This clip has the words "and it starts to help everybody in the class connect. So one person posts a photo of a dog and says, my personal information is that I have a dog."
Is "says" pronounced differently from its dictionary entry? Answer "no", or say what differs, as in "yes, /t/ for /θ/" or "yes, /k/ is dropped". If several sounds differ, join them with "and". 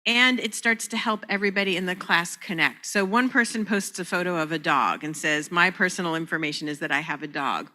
no